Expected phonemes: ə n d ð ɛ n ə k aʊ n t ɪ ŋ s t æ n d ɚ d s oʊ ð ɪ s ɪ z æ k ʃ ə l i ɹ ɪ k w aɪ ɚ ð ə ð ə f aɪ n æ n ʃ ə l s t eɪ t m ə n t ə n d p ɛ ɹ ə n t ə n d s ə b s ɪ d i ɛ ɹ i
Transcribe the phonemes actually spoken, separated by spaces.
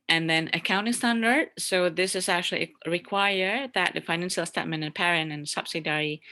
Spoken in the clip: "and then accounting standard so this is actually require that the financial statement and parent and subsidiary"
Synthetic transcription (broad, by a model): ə n ð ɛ n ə k aʊ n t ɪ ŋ s t æ n d ɚ d s oʊ ð ɪ s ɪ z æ k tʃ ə l i ɹ ɪ k w aɪ ɚ ð ə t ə f aɪ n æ n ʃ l s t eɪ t m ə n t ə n p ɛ ɹ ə n ə n s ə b s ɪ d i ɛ ɹ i